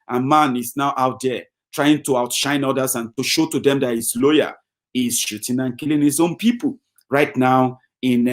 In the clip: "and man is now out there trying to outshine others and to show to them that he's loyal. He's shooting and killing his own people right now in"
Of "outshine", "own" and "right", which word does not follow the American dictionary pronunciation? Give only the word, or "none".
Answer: none